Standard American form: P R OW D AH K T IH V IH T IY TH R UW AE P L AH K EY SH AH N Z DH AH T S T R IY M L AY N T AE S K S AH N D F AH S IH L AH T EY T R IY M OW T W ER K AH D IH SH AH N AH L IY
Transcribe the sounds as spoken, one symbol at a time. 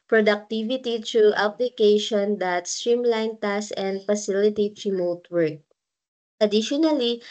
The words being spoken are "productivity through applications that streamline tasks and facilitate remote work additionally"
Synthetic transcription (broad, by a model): P R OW D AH K T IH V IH T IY T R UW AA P L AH K EY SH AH N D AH T S T R IY M L AY N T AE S S AH N D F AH S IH L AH T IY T R IY M OW T W ER K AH D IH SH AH N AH L IY